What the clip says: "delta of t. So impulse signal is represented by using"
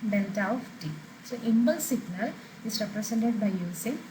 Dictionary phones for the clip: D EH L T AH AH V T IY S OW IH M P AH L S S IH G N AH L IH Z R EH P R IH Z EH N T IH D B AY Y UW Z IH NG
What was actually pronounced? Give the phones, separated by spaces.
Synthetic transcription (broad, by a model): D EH L T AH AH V T IY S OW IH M B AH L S S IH G N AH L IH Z R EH P R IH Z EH N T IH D B AY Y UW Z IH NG